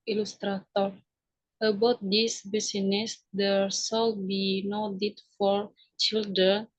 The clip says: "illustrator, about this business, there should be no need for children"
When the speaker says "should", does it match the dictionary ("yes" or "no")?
no